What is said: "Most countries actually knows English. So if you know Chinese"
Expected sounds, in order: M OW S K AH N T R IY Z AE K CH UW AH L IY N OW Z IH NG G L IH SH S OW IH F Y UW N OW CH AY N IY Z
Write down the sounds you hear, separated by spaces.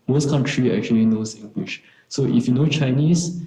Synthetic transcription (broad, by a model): M OW S K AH N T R IY EH K CH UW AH L IY N OW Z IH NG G W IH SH S OW IH F Y UW N OW CH AY N IY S